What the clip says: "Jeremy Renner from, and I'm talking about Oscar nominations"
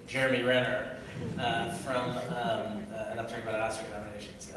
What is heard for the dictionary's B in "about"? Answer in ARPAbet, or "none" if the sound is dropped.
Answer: none